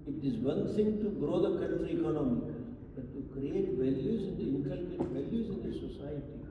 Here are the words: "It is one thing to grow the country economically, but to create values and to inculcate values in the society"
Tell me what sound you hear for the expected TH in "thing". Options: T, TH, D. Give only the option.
T